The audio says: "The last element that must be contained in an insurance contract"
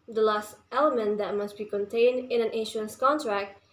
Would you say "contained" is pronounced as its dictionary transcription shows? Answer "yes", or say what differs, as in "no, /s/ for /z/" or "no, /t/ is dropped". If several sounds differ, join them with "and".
yes